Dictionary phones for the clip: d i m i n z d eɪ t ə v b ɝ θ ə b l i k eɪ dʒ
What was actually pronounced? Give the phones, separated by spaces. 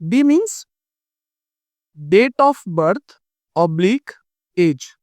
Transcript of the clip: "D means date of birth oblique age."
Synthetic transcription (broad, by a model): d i m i n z d eɪ t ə f b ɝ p ə b l i k eɪ dʒ